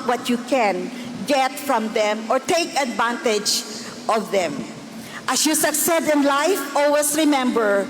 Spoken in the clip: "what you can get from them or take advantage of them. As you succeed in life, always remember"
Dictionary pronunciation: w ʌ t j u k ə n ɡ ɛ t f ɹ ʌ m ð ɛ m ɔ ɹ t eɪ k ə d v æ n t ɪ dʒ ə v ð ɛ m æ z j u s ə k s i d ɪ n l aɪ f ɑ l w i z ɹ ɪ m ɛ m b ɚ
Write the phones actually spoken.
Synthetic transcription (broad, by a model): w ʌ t j u k ə n ɡ ɛ t f ɹ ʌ m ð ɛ m ɔ ɹ t eɪ k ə d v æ n t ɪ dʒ ə v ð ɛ m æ s j u s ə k s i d ɪ n l aɪ f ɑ l w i s ɹ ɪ m ɛ m b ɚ